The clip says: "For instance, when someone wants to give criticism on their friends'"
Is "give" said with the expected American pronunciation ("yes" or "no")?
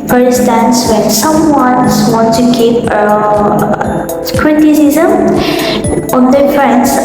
no